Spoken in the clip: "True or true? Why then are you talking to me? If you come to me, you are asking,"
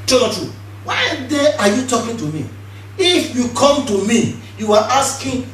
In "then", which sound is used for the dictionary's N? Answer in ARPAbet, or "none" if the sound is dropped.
none